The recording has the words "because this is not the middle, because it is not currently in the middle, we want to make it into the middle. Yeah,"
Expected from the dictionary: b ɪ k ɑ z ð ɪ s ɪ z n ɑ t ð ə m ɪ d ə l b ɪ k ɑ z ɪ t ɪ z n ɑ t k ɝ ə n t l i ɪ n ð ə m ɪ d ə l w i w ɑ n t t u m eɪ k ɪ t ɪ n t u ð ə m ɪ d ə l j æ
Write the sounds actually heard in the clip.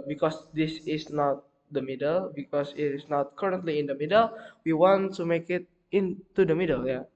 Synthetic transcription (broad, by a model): b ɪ k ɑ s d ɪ s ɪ s n ɑ t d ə m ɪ d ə l b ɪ k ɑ s ɪ t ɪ s n ɑ t k ɝ ə n t l i ɪ n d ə m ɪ d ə l w i w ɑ n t t u m eɪ k ɪ t ɪ n t u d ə m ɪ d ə l j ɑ